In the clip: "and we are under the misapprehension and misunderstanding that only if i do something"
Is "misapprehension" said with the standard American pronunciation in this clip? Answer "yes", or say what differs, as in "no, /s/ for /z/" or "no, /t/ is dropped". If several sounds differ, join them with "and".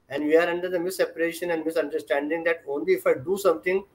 no, /ɹ/ is dropped and /n/ is dropped